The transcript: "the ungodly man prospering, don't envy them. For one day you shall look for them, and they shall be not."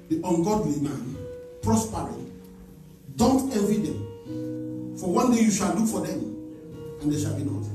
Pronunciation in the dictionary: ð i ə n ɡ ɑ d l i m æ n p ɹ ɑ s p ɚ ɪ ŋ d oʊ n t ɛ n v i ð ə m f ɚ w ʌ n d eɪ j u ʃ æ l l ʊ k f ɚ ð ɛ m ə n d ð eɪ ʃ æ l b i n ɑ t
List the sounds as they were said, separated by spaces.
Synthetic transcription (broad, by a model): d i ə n ɡ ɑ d w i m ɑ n p ɹ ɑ s p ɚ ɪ d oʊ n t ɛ v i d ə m f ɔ w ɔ n d eɪ j u ʃ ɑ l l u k f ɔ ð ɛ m ə n d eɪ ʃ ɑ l b i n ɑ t